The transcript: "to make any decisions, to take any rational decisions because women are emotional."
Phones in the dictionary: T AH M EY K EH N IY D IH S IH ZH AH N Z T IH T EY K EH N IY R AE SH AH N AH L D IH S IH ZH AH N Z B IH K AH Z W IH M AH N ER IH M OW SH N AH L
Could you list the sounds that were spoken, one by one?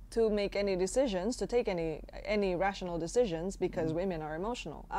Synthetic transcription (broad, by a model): T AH M EY K EH N IY D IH S IH ZH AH N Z T IH T EY K EH N IY R AE SH AH N AH L D IH S IH ZH AH N Z B IH K AH Z W IH M AH N ER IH M OW SH N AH L